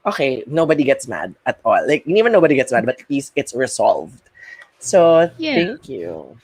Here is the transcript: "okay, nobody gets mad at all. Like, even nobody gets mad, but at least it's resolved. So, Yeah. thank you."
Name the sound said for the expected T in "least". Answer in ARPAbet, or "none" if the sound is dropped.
none